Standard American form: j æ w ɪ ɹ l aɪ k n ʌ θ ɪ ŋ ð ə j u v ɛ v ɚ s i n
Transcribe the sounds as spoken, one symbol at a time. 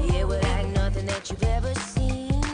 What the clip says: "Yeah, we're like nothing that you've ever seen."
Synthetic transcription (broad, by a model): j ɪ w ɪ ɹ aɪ n ʌ θ ɪ ŋ ð ə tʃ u v ɛ v ɚ s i n